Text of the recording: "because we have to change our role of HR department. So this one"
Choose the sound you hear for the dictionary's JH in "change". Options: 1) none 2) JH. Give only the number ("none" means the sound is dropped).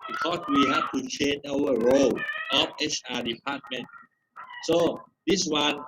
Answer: 1